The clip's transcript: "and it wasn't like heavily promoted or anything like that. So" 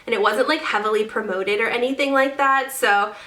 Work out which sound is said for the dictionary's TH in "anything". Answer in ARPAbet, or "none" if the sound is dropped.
TH